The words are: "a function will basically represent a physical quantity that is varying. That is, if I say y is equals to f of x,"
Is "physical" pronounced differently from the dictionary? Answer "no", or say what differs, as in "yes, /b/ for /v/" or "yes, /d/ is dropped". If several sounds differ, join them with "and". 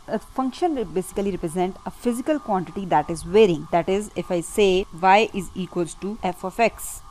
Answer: no